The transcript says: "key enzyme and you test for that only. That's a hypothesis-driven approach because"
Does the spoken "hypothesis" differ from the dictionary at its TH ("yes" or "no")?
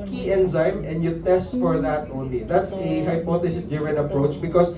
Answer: yes